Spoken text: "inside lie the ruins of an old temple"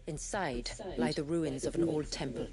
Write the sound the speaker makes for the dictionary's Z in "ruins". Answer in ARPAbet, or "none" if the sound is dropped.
Z